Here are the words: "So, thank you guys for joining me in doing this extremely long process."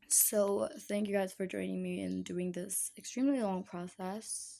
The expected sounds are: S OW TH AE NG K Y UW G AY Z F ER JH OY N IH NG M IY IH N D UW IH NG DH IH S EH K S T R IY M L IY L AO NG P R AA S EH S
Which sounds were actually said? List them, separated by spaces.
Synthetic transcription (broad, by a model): S OW TH AE NG K Y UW G AY Z F ER JH OY N IH NG M IY IH N D UW IH NG DH IH S EH K S T R IY M L IY L AO NG P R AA S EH S